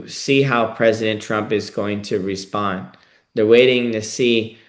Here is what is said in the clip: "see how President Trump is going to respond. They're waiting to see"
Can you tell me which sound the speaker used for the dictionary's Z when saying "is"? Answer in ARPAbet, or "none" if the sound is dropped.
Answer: Z